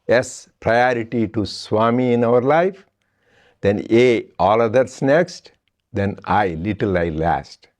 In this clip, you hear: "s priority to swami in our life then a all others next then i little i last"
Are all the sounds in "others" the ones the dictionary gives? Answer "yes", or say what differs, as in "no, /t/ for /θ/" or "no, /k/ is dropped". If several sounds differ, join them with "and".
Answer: no, /s/ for /z/